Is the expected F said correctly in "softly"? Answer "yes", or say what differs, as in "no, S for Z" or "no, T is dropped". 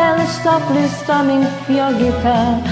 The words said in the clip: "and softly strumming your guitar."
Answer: no, P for F